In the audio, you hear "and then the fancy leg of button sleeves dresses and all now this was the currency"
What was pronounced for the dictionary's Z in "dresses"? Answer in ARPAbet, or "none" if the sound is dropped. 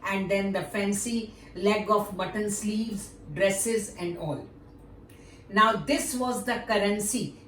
Z